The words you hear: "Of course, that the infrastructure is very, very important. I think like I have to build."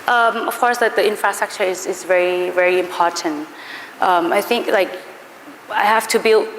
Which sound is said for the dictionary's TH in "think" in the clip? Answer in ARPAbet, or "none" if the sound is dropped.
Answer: TH